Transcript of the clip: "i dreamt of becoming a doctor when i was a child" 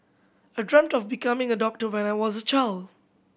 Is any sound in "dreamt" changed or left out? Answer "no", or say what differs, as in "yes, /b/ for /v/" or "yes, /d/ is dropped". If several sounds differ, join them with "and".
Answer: no